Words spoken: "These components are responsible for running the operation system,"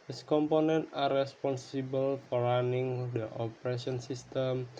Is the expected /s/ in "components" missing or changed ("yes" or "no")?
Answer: yes